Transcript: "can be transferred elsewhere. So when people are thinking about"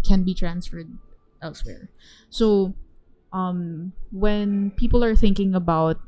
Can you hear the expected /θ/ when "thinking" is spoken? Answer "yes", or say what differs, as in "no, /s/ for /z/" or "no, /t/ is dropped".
yes